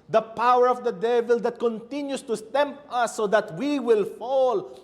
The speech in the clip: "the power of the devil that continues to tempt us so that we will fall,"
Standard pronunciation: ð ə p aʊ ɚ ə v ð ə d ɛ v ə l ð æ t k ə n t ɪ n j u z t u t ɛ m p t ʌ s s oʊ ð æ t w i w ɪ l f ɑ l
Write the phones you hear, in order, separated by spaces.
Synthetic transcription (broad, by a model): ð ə p aʊ ɚ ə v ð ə d ɛ v ə l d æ t k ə n t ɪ n j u s t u t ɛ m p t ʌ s s oʊ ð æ t w i w ɪ l f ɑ l